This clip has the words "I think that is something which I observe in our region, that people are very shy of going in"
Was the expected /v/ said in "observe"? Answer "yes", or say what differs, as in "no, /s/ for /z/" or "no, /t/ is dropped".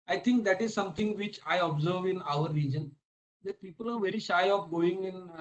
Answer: yes